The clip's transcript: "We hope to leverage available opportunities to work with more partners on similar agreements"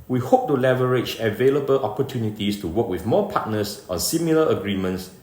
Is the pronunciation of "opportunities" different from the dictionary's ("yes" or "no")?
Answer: yes